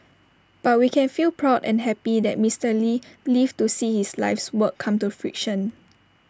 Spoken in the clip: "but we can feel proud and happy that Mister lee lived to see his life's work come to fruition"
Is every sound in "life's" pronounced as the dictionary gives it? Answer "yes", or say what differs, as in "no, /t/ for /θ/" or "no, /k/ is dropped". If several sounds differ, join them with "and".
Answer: yes